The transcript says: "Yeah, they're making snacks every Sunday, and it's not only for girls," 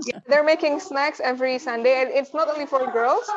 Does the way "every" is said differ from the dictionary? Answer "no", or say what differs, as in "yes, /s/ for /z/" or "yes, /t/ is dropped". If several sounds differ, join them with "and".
no